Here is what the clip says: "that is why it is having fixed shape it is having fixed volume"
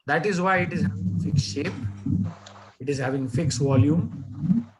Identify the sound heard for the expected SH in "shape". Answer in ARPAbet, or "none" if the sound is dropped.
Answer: SH